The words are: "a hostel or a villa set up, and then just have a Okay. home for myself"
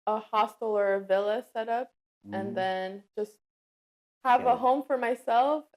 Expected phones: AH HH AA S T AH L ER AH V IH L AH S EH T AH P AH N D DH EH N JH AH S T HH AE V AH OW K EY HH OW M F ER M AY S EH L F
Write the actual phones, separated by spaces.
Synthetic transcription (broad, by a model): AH HH AA S T L ER AH V IH L AH S EH T AH P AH N DH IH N JH AH S T HH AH V AH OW HH OW M F ER M AY S EH L F